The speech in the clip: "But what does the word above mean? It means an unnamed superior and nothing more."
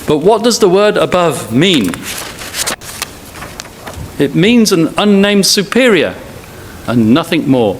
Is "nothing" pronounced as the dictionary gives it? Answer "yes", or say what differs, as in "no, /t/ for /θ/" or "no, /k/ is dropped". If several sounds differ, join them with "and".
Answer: yes